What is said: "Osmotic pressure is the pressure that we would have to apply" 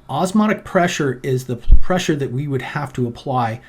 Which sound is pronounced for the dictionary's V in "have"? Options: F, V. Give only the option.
F